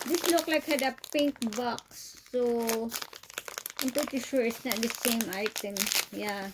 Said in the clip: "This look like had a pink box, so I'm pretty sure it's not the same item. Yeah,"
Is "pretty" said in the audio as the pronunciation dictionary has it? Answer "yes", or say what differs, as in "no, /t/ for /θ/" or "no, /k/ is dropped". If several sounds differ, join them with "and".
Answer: no, /ɹ/ is dropped